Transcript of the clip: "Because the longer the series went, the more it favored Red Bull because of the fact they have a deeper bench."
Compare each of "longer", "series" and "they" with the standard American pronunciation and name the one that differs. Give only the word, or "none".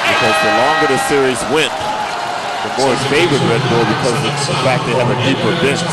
none